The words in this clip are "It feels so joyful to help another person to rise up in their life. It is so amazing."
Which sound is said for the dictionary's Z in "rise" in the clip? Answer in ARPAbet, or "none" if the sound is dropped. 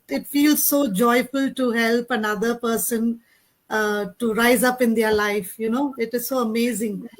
Z